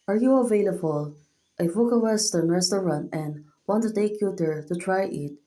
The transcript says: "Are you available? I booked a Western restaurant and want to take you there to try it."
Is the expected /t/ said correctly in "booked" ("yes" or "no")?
no